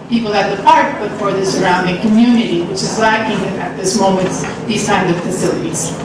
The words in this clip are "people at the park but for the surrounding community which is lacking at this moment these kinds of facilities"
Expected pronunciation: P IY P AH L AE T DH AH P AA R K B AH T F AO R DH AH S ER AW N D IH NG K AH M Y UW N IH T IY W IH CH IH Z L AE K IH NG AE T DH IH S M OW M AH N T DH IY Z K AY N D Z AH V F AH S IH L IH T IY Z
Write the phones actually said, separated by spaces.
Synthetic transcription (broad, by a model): P IY P L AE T DH AH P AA R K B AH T F AO R DH AH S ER AW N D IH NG K AH M Y UW N IH T IY W IH CH IH Z L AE K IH NG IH T DH IH S M OW M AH N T DH IY Z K AY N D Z AH V F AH S IH L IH T IY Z